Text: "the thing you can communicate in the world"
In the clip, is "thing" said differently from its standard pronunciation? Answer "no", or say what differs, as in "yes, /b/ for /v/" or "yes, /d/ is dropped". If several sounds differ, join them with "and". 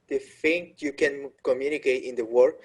yes, /f/ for /θ/